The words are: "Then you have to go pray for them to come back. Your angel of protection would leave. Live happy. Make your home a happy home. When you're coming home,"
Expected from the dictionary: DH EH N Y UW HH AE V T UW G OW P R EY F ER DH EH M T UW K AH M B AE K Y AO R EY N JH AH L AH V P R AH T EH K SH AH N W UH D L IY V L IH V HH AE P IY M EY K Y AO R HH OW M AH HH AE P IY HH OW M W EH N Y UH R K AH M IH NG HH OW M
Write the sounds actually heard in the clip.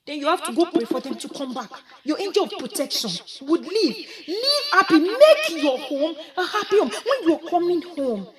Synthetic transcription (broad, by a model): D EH N Y UW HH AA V T UW G OW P EY F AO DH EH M T UW K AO M B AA K Y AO EY N JH AH L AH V P R AH T EH K SH AH N W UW D L IY V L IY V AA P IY M EY K Y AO HH OW M AH HH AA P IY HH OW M W EH N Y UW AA K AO M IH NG HH OW M